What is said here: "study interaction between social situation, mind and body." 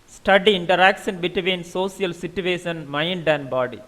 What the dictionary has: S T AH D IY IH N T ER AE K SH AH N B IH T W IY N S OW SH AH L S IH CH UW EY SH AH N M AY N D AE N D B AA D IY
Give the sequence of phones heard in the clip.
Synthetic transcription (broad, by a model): S T AH D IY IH N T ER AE K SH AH N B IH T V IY N S OW S AH L S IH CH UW EY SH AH N M AY N D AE N B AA D IY